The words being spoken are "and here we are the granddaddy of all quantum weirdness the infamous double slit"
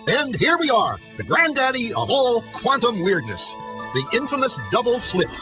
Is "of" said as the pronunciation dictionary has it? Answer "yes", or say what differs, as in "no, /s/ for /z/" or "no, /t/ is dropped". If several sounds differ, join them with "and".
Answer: yes